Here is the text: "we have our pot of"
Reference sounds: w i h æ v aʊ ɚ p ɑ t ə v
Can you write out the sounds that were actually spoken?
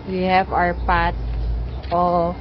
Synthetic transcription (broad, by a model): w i h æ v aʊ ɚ p ɑ t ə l